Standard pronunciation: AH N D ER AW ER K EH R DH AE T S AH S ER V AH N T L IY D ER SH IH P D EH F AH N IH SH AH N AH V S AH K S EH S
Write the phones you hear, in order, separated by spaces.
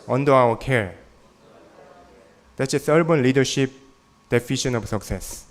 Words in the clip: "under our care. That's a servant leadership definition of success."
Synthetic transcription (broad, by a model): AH N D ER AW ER K EH R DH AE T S AH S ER B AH N L IY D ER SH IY P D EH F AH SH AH N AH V S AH K S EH S